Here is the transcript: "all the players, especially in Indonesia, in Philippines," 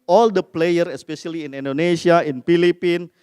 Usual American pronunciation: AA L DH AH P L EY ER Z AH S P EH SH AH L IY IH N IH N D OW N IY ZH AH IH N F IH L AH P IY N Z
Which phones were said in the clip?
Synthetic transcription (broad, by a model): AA L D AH P L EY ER AH S P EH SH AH L IY IH N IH N D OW N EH SH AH IH N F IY L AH P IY N